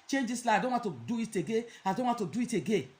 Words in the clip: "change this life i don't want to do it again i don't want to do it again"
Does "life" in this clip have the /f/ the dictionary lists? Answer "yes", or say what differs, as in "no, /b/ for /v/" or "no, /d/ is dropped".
no, /f/ is dropped